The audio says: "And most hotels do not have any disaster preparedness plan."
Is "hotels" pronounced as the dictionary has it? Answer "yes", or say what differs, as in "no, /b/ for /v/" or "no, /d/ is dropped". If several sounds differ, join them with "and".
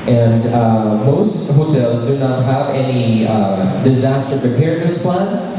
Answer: yes